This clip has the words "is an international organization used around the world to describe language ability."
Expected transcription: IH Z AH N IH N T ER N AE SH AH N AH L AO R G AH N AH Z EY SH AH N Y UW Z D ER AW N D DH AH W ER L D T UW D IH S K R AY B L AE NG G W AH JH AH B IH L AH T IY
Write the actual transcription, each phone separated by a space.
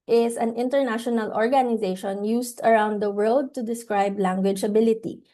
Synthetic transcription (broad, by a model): IH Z AH N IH N T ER N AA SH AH N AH L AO R G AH N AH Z EY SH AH N Y UW S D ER AW N D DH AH W ER L D T UW D IH S K R AY B L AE NG G W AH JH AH B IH L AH T IY